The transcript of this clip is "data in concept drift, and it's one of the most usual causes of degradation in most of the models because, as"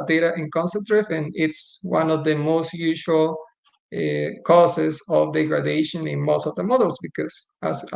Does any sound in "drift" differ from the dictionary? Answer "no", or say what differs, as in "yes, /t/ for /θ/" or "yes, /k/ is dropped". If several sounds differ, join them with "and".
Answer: yes, /t/ is dropped